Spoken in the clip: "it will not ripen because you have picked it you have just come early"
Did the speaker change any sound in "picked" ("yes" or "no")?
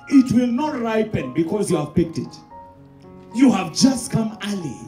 no